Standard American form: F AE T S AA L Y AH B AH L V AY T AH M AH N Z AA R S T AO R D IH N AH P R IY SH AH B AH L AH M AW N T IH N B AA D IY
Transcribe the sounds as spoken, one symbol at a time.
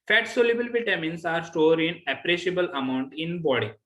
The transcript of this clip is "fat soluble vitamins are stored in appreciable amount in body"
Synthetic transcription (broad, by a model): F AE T S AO L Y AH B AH L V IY T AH M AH N S AA R S T AO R D IH N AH P R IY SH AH B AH L AH M AW N T IH N B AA D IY